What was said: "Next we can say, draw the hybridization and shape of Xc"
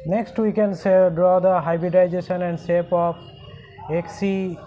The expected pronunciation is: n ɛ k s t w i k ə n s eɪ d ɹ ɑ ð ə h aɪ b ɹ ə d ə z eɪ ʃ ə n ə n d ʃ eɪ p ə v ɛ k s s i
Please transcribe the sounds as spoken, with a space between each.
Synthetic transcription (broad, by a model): n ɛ k s t w i k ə n s eɪ d ɹ ɑ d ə h aɪ b ɹ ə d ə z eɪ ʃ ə n ə n d s eɪ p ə p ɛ k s s i